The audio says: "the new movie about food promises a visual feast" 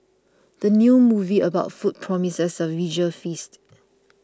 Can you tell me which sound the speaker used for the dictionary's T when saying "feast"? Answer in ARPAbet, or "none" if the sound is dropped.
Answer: T